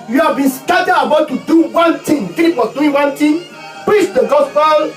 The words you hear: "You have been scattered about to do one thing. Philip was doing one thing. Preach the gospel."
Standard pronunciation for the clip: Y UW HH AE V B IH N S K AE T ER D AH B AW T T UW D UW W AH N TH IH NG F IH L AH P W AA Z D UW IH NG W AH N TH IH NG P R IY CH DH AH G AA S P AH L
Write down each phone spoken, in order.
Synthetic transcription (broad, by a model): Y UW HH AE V B IH N S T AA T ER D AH B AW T T UW D UW W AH N T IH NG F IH AH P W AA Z D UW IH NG W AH N T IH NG P R IY CH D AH G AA S P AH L